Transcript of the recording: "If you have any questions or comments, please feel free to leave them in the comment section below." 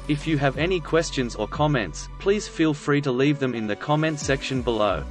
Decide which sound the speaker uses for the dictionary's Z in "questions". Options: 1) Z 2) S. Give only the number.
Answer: 1